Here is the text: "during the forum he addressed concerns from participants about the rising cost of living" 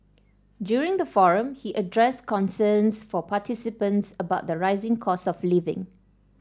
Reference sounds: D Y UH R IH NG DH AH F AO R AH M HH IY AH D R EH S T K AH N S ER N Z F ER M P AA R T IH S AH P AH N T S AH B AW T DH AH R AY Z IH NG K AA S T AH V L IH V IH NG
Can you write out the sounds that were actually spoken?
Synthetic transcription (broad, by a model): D Y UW R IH NG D AH F AO R AH M HH IY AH D R EH S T K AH N S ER N S F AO P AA T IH S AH P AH N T S AH B AW T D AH R AY Z IH NG K AA S AH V L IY V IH NG